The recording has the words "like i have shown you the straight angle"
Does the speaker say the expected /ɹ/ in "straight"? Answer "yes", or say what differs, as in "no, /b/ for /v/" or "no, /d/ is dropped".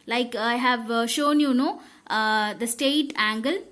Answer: no, /ɹ/ is dropped